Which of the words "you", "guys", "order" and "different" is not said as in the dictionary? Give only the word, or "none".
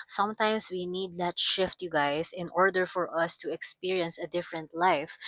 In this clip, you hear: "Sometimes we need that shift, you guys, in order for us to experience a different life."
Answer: guys